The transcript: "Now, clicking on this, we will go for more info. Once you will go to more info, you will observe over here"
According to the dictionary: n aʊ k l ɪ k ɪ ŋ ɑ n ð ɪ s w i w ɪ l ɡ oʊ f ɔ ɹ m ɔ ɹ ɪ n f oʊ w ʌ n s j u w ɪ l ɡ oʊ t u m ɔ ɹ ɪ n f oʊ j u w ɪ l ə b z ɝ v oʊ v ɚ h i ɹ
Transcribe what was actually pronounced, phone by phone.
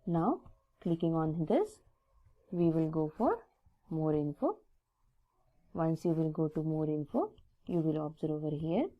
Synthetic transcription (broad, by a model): n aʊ k l ɪ k ɪ ŋ ɑ n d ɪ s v i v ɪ l ɡ oʊ f ɔ ɹ m ɔ ɹ ɪ n f oʊ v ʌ n s j u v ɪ l ɡ oʊ t u m ɔ ɹ ɪ n f oʊ j u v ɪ l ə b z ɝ oʊ v ɚ h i ɹ